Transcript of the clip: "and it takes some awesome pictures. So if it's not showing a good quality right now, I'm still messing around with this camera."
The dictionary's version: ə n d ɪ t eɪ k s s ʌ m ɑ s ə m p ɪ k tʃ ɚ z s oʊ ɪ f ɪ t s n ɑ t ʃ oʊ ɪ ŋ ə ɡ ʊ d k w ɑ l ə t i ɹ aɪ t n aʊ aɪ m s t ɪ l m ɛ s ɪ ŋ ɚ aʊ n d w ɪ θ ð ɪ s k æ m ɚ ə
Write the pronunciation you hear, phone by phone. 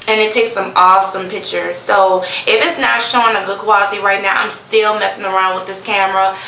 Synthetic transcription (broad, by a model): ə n ɪ t eɪ k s s ʌ m ɑ s ə m p ɪ k tʃ ɚ z s oʊ ɪ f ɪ t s n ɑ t ʃ oʊ ɪ ŋ ə ɡ ʊ d k w ɑ l ə t i ɹ aɪ t n aʊ aɪ m s t ɪ l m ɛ s ɪ ŋ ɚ aʊ n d w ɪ ð ɪ s k æ m ɚ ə